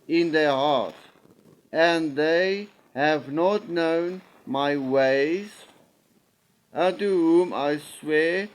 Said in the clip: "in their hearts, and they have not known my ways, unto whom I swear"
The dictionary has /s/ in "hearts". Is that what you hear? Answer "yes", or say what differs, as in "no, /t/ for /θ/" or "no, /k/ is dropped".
no, /s/ is dropped